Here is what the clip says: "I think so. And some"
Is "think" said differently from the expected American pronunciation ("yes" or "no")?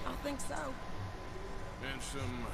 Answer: no